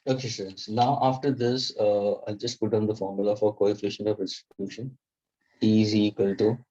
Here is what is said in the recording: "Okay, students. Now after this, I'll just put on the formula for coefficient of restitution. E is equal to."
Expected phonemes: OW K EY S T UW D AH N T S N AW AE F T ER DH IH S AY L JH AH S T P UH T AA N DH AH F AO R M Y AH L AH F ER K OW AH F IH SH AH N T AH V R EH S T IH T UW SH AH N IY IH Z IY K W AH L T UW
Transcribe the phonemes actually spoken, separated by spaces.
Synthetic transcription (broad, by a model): OW K EY S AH T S N AW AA F T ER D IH S AY L JH AH S T P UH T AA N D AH F AO R M Y AH L AH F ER K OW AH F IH SH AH N AH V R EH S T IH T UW SH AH N IY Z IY K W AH L T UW